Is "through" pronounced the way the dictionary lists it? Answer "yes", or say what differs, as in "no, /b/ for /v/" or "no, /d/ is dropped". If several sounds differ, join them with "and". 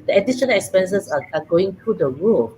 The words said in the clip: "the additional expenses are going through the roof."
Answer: no, /t/ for /θ/